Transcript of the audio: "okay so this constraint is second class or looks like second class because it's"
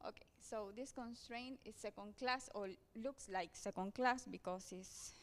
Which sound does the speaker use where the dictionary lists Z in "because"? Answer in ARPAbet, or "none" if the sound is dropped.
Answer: S